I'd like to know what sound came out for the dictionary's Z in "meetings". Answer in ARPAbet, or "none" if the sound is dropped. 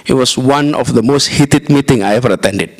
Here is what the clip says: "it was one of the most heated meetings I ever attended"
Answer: none